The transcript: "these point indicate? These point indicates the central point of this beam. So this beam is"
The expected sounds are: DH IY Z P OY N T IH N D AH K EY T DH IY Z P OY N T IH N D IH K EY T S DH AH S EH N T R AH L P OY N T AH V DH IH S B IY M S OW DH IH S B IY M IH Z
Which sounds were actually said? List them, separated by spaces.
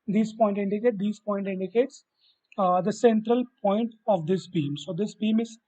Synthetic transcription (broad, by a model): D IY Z P OY N T IH N D AH K EY T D IY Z P OY N T IH N D IH K EY T S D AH S EH N T R AH L P OY N T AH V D IH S B IY M S OW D IH S B IY M IH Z